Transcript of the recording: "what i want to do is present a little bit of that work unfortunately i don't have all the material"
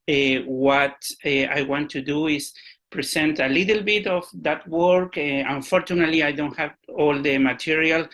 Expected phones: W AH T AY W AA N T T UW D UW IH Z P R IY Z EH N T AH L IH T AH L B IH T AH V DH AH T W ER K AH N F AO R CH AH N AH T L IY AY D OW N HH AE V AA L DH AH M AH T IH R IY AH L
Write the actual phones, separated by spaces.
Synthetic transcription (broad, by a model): W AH T AY W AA N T T UW D UW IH S P R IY S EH N T AH L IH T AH L B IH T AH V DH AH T W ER K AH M F AO R CH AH N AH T L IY AY D OW N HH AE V AA L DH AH M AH T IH R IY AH L